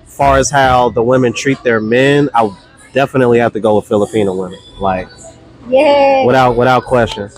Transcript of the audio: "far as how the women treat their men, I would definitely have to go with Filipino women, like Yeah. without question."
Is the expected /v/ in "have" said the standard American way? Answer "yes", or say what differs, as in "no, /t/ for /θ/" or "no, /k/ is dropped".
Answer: no, /f/ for /v/